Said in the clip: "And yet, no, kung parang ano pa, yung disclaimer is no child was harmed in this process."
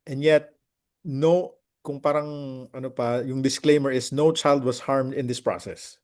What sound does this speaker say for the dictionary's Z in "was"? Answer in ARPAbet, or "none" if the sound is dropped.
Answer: S